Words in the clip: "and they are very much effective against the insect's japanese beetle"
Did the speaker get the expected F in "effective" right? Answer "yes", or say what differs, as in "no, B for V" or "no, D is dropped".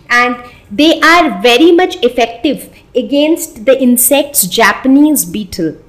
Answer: yes